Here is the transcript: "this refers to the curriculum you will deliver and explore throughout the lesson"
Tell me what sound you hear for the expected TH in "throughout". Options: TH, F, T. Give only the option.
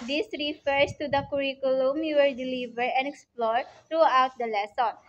T